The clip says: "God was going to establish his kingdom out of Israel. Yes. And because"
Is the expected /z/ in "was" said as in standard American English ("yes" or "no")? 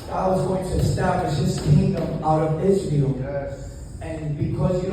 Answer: yes